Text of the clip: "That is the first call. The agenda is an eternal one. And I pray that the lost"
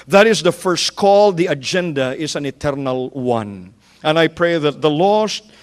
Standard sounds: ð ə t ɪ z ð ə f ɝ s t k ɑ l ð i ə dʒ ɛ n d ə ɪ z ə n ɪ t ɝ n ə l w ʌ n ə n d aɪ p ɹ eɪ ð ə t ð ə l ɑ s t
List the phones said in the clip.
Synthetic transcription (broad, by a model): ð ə t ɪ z ð ə f ɝ s t k ɑ l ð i ə dʒ ɛ n d ə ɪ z ə n ɪ t ɝ n ə l w ʌ n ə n aɪ p ɹ eɪ ð ə t ð ə l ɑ s t